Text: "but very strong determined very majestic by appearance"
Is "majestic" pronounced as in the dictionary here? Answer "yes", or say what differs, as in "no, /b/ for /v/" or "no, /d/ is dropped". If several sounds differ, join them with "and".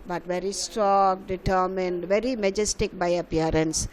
yes